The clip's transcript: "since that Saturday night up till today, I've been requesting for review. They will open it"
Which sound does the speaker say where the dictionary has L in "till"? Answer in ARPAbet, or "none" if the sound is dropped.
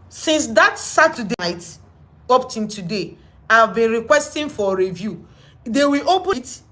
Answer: N